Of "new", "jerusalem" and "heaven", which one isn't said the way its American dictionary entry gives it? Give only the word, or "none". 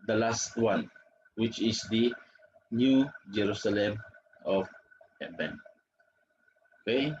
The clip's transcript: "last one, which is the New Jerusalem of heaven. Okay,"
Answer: heaven